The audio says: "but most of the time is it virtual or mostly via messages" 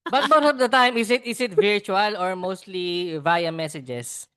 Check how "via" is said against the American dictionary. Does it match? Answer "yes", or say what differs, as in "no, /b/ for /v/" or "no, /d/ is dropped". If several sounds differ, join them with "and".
yes